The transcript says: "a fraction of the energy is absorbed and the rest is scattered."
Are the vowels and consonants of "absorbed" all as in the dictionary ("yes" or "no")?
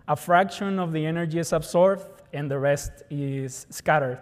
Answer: no